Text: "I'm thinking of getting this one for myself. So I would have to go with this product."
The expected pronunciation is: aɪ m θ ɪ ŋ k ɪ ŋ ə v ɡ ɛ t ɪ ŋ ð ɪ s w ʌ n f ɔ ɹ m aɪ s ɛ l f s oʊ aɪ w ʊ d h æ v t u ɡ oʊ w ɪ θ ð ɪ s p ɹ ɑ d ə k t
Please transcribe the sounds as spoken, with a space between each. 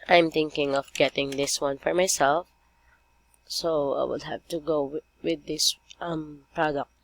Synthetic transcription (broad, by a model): aɪ m t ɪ ŋ k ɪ ŋ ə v ɡ ɛ t ɪ ŋ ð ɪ s w ʌ n f ɔ ɹ m aɪ s ɛ l f s oʊ aɪ w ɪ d h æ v t u ɡ oʊ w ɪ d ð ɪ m p ɹ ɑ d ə k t